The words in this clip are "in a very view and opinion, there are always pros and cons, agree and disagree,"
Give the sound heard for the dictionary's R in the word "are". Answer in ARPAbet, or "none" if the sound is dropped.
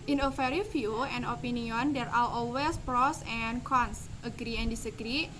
L